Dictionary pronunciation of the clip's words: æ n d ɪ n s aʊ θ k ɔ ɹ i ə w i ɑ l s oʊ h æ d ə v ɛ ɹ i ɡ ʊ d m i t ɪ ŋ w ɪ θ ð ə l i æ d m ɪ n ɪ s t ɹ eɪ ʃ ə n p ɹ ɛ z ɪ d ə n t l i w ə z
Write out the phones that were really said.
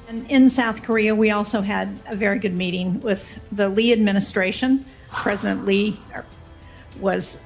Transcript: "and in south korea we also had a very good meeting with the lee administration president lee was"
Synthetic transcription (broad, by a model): n ɪ n s aʊ θ k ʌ ɹ i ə w i ɑ l s oʊ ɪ d ə v ɛ ɹ i ɡ ʊ d m i t ɪ ŋ w ɪ ð ə l i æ d m ɪ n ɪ s t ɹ eɪ ʃ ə n p ɹ ɛ z ɪ d ə n t l i w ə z